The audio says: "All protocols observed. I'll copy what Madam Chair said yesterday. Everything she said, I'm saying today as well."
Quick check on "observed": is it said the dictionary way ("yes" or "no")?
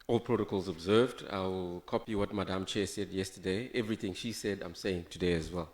yes